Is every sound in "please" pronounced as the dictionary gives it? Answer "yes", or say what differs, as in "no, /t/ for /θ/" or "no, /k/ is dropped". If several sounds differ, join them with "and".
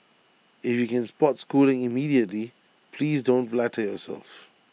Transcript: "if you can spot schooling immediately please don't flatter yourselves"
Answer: yes